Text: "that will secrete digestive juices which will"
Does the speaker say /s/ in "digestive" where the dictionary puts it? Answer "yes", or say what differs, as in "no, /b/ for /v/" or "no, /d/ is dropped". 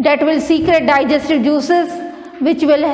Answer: yes